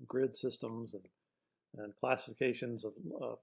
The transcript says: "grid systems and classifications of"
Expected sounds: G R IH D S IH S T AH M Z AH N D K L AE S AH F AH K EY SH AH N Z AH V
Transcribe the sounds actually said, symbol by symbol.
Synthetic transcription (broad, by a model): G R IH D S IH S T AH M Z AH N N K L AE S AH F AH K EY SH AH N Z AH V